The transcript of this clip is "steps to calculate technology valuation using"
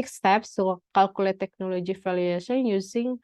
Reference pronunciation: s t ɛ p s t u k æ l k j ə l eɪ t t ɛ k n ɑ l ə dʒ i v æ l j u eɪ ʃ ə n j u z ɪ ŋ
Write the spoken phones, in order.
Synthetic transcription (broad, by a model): s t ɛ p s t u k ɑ l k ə l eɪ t t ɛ k n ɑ l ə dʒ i f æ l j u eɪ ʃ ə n j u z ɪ ŋ